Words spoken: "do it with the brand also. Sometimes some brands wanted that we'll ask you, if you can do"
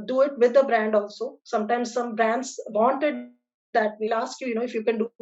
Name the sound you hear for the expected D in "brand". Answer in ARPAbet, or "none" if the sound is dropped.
D